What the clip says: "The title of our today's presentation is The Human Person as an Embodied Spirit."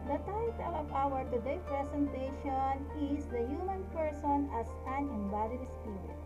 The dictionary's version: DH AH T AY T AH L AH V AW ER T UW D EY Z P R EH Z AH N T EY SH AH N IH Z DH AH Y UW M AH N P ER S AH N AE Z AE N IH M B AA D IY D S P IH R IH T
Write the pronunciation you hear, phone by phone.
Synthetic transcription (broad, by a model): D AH T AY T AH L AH P AW ER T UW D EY P R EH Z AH N T EY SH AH N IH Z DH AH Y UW M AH N P ER S AH N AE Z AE N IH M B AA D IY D S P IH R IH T